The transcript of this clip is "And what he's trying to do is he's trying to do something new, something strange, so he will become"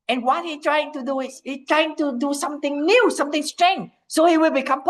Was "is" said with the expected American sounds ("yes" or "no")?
no